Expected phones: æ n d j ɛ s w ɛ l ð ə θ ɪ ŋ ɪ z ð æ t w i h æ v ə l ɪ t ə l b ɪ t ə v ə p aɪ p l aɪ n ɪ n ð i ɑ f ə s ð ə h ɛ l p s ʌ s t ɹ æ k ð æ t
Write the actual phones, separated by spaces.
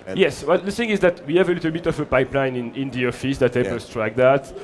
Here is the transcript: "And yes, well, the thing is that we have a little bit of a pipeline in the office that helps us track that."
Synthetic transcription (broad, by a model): j ɛ s w ɛ l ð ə θ ɪ ŋ ɪ z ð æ t w i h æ v ə l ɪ t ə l b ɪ t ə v ə p aɪ p l aɪ n ɪ n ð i ɑ f ə s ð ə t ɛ p ʌ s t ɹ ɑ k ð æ t